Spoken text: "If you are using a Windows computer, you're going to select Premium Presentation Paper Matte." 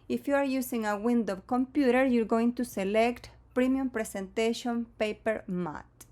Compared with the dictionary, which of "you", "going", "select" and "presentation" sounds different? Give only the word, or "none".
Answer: presentation